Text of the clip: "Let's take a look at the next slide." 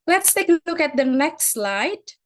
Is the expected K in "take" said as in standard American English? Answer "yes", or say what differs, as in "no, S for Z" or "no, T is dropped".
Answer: no, K is dropped